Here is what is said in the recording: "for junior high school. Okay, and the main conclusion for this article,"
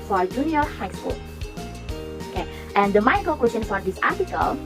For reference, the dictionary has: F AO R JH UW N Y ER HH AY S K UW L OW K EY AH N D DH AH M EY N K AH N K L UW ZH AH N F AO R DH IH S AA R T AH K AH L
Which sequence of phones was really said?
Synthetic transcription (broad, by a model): F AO R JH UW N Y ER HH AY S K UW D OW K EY AH N D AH M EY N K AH L K W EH S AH N F AO R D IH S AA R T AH K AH L